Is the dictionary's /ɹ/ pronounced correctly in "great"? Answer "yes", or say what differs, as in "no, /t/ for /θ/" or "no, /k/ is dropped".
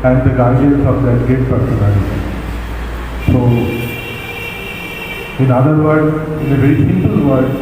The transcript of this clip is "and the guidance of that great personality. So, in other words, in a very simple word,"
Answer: no, /ɹ/ is dropped